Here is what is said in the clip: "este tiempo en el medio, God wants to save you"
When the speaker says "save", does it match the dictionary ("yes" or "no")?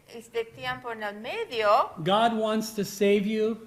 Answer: yes